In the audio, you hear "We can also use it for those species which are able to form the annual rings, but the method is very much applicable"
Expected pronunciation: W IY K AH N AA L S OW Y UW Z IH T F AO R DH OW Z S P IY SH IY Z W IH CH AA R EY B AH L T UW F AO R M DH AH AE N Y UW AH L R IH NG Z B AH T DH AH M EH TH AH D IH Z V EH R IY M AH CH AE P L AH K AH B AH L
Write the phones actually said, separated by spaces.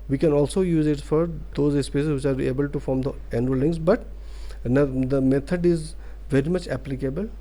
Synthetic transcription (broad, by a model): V IY K AH N AA L S OW Y UW Z IH T F AO R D OW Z S P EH S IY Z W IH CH AA R EY B AH L T UW F AO R M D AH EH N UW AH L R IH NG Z B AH T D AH M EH T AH D IH Z V EH R IY M AH CH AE P L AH K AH B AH L